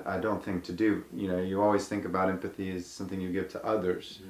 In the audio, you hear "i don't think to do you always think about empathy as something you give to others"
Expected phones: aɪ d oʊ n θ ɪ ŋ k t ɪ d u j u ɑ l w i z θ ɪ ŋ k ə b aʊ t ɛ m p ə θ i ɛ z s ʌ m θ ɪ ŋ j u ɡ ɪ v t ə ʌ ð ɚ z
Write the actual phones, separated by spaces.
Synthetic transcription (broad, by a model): aɪ d oʊ n θ ɪ ŋ k t ɪ d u j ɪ ɑ l w i z θ ɪ ŋ k ə b aʊ t ɛ m p ə θ i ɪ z s ʌ m θ ɪ ŋ j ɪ ɡ ɪ v t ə ʌ ð ɚ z